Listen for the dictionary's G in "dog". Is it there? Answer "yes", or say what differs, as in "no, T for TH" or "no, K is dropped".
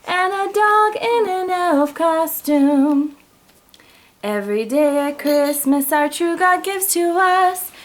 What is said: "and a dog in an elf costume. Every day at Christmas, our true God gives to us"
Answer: yes